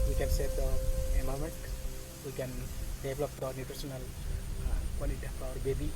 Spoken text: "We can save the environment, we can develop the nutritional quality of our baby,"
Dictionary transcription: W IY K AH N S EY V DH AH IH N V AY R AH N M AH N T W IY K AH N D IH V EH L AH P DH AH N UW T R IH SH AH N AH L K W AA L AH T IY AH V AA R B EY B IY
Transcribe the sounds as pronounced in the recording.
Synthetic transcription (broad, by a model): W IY K AH N S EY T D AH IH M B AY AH M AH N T W IY K AH N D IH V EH L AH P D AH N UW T R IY S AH N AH L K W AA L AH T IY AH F AA R B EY B IY